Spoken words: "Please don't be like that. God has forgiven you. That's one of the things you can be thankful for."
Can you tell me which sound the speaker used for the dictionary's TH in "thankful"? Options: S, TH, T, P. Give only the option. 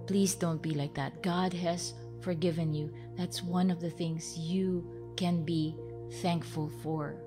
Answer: TH